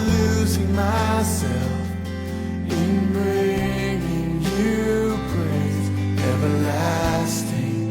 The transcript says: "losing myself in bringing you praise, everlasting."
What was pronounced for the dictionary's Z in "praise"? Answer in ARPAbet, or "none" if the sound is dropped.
S